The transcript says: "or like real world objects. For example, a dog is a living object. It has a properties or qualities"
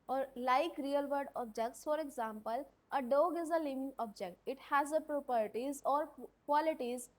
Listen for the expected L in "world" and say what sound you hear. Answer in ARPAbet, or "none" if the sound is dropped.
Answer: none